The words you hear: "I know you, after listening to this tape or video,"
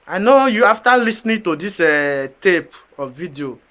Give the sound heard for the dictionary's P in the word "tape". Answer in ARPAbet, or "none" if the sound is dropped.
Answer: P